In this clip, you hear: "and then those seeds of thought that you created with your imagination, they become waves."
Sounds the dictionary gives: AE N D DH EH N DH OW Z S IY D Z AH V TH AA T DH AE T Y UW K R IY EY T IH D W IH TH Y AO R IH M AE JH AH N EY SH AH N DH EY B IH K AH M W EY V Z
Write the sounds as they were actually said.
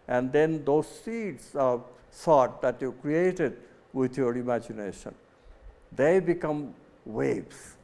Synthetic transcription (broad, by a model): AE N D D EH N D OW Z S IY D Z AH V S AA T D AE T Y UW K R IY EY T IH D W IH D Y AO R IH M AE JH AH N EY SH AH N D EY B IH K AH M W EY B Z